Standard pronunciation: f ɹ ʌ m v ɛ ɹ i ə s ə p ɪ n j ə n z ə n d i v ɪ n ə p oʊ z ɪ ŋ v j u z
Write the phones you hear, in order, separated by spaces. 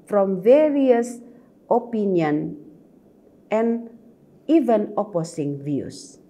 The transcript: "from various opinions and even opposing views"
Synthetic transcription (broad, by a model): f ɹ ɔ m v ɛ ɹ i ə s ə p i n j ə n ə n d i v ɪ n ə p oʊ s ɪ ŋ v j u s